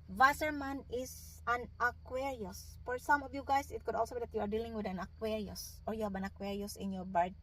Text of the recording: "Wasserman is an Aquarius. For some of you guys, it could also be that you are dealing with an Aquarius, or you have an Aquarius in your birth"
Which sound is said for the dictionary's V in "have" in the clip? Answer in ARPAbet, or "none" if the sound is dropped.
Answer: B